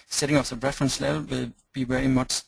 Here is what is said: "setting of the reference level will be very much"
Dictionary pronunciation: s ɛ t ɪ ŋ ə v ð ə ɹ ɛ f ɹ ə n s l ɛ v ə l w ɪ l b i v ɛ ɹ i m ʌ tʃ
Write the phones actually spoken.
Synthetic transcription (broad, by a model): s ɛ t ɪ ŋ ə f ð ə ɹ ɛ f ɹ ə n s l ɛ v ə l w ɪ l b i v ɛ ɹ i m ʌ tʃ